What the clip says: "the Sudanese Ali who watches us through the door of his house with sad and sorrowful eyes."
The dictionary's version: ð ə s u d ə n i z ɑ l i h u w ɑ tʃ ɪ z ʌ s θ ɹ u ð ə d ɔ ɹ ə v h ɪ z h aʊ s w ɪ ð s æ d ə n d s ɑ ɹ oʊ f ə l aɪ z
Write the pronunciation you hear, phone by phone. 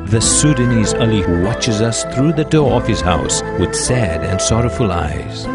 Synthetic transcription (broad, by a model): ð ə s u d ə n i z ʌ l i h u w ɑ tʃ ɪ z ʌ s θ ɹ u ð ə d ɔ ɹ ə v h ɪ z h aʊ s w ɪ ð s æ d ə n s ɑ ɹ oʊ f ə l aɪ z